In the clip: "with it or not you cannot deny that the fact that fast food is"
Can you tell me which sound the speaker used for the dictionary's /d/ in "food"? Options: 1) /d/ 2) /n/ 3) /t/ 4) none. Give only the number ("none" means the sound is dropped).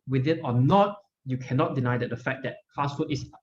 4